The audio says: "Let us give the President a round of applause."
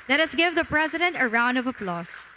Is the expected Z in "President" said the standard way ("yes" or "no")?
yes